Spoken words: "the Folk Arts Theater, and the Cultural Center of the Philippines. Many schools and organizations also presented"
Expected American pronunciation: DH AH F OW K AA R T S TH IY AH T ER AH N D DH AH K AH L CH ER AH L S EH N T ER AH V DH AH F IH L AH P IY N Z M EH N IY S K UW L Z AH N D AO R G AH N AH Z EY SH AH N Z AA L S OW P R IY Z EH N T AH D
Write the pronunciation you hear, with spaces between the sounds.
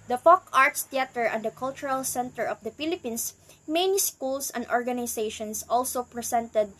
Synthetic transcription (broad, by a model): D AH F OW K AA R T S T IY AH T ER AH N D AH K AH L CH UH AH L S EH N T ER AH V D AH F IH L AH P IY N S M EH N IY S K UW L S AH N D AO R G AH N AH S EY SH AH N S AA L S OW P R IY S EH N T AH D